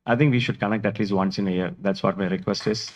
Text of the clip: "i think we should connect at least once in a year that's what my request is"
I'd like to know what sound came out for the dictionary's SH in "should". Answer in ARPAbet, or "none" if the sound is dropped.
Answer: SH